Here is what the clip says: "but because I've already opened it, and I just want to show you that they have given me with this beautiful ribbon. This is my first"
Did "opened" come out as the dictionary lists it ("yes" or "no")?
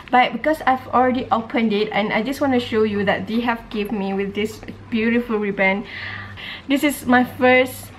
yes